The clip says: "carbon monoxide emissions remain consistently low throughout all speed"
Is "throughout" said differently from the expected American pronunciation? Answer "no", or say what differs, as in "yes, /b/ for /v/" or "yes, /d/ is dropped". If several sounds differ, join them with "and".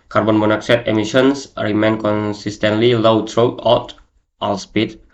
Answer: yes, /t/ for /θ/